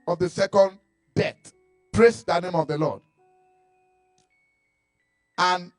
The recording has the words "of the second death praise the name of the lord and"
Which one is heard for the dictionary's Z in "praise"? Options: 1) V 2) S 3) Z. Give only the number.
2